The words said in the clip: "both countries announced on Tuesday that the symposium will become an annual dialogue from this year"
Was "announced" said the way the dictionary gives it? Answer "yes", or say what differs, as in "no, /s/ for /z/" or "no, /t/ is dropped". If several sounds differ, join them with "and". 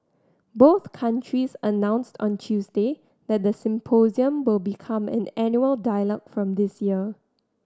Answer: yes